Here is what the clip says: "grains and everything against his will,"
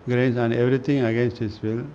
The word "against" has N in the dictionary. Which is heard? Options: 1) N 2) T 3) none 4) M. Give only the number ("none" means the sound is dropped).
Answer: 1